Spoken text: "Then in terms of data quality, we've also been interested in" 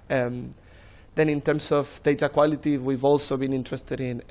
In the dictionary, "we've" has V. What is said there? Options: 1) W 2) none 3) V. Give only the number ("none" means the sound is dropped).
3